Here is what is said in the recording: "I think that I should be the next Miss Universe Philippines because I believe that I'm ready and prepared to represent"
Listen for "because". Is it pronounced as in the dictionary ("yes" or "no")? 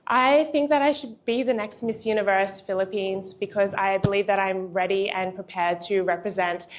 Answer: yes